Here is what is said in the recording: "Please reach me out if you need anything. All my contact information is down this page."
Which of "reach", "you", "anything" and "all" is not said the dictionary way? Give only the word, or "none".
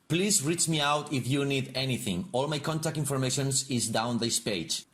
none